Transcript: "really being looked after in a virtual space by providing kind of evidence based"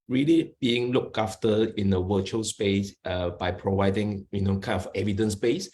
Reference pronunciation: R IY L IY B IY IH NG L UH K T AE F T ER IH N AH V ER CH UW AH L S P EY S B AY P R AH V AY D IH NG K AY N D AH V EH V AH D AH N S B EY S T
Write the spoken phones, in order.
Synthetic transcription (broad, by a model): R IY L IY B IY IH NG L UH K AA F T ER IH N AH W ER CH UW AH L S P EY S B AY P R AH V AY D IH NG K AY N AH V EH V AH D AH N S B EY S